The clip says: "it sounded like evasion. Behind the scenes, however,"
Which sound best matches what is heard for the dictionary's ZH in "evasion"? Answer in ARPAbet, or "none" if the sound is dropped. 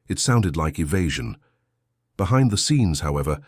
ZH